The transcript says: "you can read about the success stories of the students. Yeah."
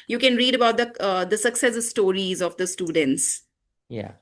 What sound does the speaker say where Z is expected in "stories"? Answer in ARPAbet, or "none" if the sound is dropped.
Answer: Z